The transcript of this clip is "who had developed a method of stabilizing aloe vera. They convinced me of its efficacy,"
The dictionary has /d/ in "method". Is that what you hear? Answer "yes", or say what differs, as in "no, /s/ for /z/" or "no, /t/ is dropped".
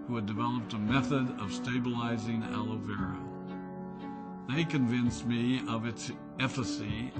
yes